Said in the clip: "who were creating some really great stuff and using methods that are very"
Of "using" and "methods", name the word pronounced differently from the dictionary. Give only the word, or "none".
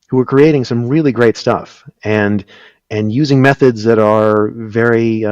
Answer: none